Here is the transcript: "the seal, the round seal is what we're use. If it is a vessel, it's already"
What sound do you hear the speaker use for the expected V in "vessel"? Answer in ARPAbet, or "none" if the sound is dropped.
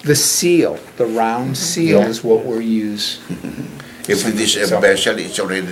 B